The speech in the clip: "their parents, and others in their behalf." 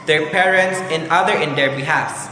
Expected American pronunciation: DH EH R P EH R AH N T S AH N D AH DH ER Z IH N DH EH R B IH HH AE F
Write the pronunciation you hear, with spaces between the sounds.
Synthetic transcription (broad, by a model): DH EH R P EH R AH N T S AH N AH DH ER IH N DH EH R B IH HH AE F